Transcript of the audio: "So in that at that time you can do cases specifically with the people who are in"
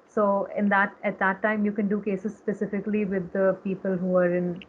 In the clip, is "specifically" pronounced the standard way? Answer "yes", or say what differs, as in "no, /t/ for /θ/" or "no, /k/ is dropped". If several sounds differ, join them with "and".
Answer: yes